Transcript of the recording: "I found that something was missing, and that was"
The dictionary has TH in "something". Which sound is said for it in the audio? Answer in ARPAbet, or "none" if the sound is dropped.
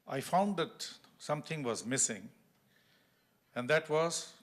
T